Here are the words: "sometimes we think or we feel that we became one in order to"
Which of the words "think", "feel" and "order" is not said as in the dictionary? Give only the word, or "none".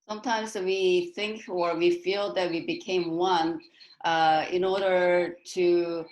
none